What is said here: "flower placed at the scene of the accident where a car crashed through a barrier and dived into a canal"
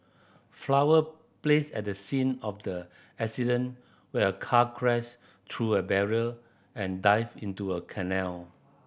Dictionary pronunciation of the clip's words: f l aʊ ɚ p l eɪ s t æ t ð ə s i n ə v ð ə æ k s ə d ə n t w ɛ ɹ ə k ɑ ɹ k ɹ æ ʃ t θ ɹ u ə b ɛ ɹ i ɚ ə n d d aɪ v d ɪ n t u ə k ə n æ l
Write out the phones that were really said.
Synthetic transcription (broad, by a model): f l aʊ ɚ p l eɪ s ɛ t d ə s i n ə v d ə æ k s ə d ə n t w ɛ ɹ ə k ɑ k ɹ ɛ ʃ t ɹ u ə b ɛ ɹ i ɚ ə n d d aɪ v ɪ n t u ə k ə n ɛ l